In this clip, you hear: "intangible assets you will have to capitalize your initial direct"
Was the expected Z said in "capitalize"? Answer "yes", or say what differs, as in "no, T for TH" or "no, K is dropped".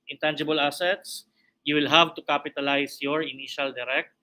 no, S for Z